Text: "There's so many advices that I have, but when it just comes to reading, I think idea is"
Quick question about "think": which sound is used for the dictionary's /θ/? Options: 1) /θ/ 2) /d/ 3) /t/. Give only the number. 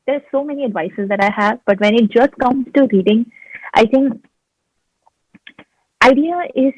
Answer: 3